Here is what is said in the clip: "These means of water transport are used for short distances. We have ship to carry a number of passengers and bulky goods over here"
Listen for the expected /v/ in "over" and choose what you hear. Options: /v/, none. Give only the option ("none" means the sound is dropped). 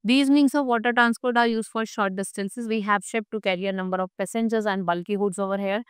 /v/